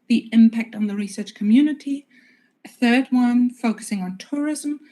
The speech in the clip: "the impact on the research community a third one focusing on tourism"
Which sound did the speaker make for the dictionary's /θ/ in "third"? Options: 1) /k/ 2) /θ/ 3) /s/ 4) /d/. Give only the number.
2